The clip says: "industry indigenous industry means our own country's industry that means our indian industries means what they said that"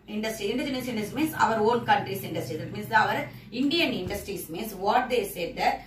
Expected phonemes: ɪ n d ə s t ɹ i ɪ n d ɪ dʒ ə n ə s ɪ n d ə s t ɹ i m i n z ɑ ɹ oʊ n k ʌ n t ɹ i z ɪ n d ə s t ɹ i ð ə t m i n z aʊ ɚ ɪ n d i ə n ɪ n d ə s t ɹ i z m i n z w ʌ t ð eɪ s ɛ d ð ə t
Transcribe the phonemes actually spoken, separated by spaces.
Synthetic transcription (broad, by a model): ɪ n d ə s t ɹ i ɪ n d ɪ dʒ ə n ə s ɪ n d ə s m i n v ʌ ɹ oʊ l k ʌ n t ɹ i s ɪ n d ə s t ɹ i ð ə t m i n s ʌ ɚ ɪ n d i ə n ɪ n d ə s t ɹ i s m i n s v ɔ t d eɪ s ɛ d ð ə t